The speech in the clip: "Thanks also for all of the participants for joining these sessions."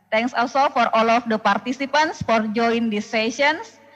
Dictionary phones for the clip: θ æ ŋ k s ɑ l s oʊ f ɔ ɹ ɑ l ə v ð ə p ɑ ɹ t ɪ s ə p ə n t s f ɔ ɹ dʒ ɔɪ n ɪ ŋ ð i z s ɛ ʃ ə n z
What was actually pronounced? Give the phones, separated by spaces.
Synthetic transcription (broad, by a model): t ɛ ŋ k s ɑ l s oʊ f ɔ ɹ ɑ l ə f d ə p ɑ ɹ t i s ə p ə n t s f ɔ ɹ dʒ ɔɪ ɪ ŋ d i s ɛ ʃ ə n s